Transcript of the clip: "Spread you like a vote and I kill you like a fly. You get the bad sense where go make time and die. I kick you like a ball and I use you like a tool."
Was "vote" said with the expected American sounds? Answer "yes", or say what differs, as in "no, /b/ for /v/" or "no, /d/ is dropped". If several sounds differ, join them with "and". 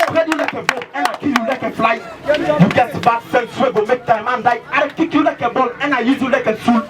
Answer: no, /b/ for /v/